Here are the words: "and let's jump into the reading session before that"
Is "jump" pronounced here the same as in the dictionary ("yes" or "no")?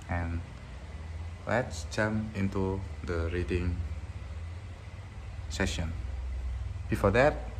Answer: no